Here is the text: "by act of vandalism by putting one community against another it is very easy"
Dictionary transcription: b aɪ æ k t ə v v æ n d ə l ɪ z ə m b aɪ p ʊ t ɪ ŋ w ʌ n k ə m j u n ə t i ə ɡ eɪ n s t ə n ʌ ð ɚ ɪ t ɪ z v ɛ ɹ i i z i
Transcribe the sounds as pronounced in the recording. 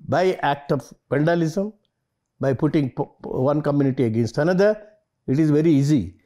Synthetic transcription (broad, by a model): b aɪ æ k t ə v p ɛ n d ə l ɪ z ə m b aɪ p ʊ t ɪ ŋ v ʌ n k ə m j u n ə t i ə ɡ eɪ n s t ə n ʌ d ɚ ɪ t ɪ z v ɛ ɹ i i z i